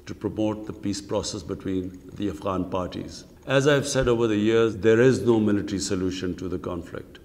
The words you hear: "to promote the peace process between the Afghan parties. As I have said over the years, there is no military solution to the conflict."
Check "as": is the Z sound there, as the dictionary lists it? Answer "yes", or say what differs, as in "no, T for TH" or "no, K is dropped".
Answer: yes